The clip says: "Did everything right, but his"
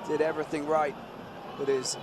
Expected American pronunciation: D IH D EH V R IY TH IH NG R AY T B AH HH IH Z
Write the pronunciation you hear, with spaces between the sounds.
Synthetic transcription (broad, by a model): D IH D EH V R IY TH IH NG R AY T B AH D IH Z